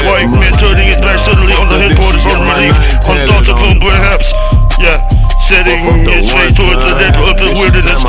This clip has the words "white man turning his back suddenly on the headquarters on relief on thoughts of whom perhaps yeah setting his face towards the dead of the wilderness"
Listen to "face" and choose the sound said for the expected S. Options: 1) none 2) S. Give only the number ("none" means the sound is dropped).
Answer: 1